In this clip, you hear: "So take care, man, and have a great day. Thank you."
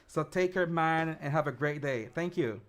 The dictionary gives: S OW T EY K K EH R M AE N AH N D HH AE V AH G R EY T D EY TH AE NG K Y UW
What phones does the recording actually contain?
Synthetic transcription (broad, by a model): S OW T EY K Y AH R M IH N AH N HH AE V AH G R EY T D EY TH AE NG K Y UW